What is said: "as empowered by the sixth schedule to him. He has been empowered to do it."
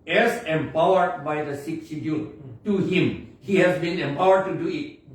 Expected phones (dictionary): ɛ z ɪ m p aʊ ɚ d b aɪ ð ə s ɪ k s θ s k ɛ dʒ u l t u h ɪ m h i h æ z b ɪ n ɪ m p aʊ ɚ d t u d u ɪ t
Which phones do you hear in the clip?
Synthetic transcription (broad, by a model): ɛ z ɪ m p aʊ ɚ d b aɪ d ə s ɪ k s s i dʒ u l t u h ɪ m h i h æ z b ɪ n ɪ m p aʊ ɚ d t u d u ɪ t